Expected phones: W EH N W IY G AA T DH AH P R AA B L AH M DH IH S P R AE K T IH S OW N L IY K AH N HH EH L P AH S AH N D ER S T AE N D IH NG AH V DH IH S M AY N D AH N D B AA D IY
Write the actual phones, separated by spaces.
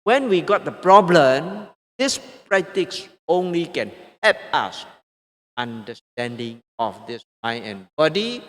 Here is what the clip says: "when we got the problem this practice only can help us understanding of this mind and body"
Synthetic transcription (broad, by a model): W EH N W IY G AA T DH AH P R AA B L AH M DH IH S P R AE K T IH S OW N L IY K AH N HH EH P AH S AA N D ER S T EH N D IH NG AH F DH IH S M AY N AH N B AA D IY